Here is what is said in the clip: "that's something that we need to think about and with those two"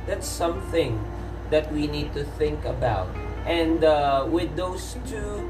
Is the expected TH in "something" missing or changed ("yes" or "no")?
no